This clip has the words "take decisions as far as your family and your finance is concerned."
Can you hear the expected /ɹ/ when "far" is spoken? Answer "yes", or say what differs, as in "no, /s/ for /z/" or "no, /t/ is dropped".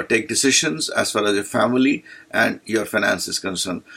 no, /l/ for /ɹ/